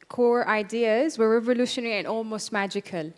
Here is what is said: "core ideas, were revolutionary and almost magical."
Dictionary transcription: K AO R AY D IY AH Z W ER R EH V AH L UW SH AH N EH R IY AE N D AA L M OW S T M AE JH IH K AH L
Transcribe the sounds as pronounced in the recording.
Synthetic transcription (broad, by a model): K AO R AY D IY AH Z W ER R EH V AH L UW SH AH N EH R IY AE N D AA L M OW S T M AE JH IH K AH L